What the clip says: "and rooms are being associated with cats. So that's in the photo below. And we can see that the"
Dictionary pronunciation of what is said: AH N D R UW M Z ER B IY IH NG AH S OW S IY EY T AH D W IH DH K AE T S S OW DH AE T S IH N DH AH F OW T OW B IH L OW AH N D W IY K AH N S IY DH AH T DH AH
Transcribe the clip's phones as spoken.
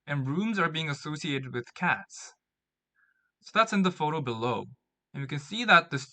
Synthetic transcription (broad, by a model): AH N R UW M Z ER B IY IH NG AH S OW S IY EY T AH D W IH DH K AE T S S OW DH AE T S IH N DH AH F OW T OW B IH L OW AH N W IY K AH N S IY DH AH T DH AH